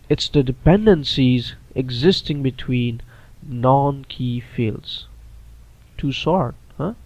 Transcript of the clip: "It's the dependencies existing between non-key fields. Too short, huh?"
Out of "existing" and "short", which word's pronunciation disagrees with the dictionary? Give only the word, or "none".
short